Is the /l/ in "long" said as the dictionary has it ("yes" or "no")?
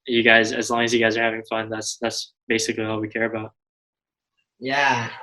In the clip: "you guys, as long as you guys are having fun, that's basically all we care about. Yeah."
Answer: yes